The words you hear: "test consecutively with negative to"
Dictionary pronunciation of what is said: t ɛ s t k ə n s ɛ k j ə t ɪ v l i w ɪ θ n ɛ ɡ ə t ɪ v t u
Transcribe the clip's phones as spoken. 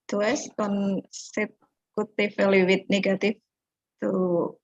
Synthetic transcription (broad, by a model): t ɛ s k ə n s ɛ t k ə t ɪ f l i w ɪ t n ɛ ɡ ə t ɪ f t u